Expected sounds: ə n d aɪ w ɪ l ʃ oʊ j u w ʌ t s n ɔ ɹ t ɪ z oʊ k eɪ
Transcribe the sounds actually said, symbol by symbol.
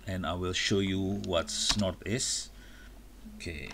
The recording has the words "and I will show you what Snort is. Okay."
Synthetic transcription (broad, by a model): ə n aɪ w ɪ l ʃ oʊ j u w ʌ t s n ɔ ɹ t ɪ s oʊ k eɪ